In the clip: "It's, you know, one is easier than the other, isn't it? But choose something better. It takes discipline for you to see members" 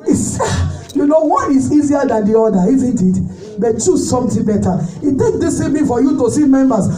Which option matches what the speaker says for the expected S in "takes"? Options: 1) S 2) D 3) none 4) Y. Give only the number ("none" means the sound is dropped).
3